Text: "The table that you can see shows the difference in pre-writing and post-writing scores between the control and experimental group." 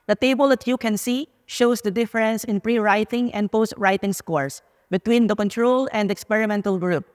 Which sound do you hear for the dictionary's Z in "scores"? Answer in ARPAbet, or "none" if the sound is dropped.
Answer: S